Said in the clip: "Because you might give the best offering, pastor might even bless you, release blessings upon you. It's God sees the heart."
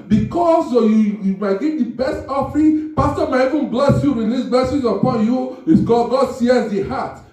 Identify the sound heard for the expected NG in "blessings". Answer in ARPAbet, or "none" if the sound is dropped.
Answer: none